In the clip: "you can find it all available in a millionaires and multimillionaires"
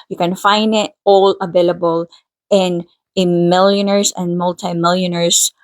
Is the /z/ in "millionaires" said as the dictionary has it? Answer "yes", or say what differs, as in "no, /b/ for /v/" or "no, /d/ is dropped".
no, /s/ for /z/